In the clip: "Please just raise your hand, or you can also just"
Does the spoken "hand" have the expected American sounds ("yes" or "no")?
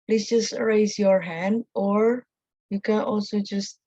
yes